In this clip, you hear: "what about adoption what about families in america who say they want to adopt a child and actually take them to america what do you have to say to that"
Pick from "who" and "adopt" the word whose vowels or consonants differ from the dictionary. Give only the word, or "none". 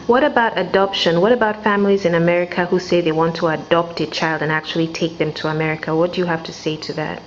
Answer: none